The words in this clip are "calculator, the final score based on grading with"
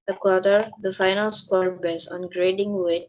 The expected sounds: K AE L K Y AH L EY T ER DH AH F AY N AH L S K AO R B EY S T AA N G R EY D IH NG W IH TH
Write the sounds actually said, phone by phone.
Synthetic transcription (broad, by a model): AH K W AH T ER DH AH F AY N AH L S K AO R B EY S AA N G R EY D IH NG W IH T